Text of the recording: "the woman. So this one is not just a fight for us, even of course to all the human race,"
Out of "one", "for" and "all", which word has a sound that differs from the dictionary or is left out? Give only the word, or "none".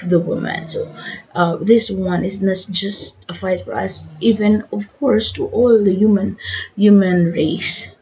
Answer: none